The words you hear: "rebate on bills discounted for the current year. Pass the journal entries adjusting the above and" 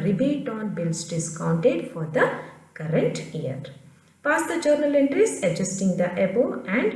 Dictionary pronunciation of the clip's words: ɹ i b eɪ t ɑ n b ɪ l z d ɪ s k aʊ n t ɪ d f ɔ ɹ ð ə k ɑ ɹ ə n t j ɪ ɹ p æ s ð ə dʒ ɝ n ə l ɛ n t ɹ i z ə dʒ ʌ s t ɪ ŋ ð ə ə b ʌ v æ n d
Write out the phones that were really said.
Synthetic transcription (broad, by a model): ɹ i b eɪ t ɑ n b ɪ l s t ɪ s k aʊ n t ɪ d f ɔ ɹ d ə k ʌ ɹ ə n t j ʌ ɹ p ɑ s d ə dʒ ɝ n ə l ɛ n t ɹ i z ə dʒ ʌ s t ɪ ŋ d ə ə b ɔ æ n d